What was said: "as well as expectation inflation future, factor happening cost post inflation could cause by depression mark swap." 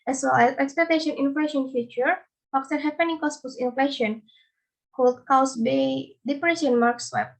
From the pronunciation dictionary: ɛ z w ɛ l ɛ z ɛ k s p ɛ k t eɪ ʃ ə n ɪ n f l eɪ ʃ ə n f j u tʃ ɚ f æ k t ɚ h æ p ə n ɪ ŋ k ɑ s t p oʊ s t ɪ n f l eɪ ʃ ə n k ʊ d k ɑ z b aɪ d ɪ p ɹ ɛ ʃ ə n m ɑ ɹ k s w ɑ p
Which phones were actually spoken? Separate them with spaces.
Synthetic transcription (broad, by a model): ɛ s w ɛ l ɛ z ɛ k s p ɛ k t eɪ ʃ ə n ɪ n f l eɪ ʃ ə n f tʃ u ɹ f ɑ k s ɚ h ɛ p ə n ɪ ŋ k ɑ s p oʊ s ɪ n f l eɪ ʃ ə n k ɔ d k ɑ s b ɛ d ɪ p ɹ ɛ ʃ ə n m ɑ ɹ k s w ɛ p